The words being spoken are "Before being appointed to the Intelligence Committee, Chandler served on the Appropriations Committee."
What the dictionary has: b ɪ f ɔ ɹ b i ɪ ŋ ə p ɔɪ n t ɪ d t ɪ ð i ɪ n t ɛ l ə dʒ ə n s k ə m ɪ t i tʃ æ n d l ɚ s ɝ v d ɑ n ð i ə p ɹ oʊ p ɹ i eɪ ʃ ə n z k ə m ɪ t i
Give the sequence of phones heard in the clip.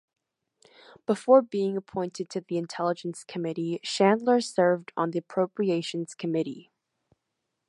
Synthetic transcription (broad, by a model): b ɪ f ɔ ɹ b i ɪ ŋ ə p ɔɪ n t ɪ d t ɪ ð i ɪ n t ɛ l ə dʒ ə n s k ə m ɪ t i ʃ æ n d l ɚ s ɝ v d n ð i ə p ɹ oʊ p ɹ i eɪ ʃ ə n z k ə m ɪ t i